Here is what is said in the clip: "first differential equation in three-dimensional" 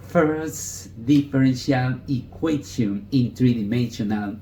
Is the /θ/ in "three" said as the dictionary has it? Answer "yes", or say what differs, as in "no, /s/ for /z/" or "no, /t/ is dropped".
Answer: no, /t/ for /θ/